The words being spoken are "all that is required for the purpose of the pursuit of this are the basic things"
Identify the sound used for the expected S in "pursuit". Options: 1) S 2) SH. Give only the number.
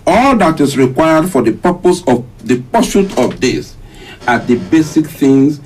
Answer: 2